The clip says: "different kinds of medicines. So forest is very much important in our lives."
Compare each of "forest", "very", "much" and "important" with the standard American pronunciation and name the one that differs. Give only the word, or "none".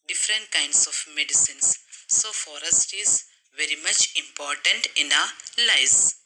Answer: none